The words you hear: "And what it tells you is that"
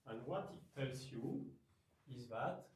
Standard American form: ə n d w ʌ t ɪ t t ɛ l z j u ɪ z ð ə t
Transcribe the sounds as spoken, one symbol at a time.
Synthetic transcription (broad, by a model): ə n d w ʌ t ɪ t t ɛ l s j u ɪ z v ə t